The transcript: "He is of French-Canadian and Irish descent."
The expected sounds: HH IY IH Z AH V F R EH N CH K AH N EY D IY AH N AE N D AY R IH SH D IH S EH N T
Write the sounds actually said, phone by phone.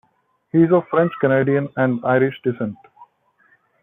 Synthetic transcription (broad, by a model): HH IY IH Z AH F R EH N CH K AH N EY D IY AH N AE N D AY R IH SH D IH S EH N T